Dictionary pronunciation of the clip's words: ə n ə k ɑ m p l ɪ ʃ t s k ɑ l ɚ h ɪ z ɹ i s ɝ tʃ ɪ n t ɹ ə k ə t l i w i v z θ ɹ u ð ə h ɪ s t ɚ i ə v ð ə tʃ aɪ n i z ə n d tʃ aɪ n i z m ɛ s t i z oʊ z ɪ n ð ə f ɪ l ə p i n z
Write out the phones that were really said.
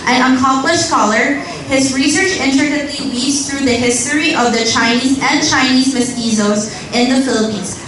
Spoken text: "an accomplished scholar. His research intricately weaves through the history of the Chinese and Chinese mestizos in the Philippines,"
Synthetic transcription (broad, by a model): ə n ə k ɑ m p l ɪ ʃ s k ɑ l ɚ h ɪ z ɹ i s ɝ tʃ ɪ n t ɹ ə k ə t l i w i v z θ ɹ u ð ə h ɪ s t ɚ i ə v ð ə tʃ aɪ n i z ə n tʃ aɪ n i z m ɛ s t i z oʊ z ɪ n ð ə f ɪ l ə p i n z